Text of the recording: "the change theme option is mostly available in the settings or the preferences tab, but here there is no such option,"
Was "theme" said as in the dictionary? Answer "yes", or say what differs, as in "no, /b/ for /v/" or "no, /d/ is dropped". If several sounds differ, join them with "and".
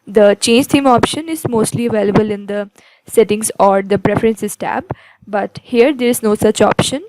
no, /t/ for /θ/